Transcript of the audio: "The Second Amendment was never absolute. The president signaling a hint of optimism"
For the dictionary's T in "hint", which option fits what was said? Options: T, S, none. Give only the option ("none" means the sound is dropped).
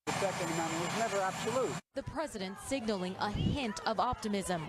T